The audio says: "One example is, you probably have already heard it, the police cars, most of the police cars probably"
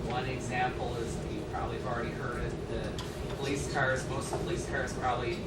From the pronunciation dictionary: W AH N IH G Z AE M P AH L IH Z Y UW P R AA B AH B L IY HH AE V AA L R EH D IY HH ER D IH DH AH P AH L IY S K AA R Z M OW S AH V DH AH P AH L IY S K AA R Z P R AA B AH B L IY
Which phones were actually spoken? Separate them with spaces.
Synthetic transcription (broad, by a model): W AH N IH G Z AE M P L IH Z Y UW P R AA B AH B L IY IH V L R EH D IY HH ER D IH DH AH P AH L IY S K AA R Z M OW AH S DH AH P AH L IY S K AA R Z P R AA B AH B L IY